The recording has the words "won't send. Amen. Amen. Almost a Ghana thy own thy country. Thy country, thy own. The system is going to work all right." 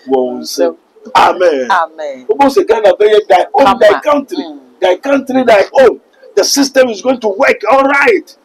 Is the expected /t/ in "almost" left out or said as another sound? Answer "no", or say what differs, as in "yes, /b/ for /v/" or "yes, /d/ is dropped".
yes, /t/ is dropped